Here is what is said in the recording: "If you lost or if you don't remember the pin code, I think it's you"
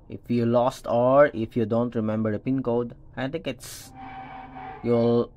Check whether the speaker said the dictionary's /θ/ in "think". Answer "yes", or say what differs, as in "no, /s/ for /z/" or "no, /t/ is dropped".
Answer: no, /t/ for /θ/